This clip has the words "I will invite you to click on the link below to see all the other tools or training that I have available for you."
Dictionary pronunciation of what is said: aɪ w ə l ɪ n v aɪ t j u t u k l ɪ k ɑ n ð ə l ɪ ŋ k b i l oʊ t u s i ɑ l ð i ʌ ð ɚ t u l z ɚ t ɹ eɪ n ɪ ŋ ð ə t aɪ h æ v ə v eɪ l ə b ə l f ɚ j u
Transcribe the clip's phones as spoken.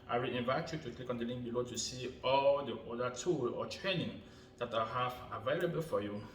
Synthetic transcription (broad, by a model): aɪ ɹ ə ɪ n v aɪ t j u t u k l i k ɑ n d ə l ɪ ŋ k b i l oʊ t u s i ɑ l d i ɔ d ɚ t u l ɔ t ɹ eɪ n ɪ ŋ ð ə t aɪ h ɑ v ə v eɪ l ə b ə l f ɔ j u